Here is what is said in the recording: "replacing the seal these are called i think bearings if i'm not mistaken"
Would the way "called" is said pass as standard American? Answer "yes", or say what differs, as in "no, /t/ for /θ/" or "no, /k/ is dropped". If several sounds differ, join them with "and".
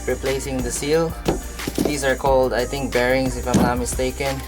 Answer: yes